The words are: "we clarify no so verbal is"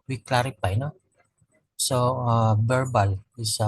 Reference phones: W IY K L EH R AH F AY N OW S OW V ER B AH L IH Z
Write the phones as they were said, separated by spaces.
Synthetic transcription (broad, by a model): W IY K L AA R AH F AY N OW S OW B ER B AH L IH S